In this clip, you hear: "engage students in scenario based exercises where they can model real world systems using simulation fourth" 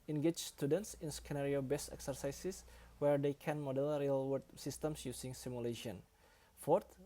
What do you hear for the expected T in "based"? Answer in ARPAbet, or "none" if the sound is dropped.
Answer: none